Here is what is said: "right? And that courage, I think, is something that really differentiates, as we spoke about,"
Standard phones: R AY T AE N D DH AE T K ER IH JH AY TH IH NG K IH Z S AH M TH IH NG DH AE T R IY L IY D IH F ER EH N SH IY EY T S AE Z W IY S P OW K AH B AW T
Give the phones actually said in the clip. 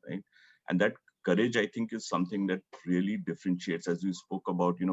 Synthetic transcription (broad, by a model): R AY T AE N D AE T K ER IH JH AY T IH NG K IH Z S AH M T IH NG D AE T R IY L IY D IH F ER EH N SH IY EY T S AE Z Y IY S P OW K AH B AW T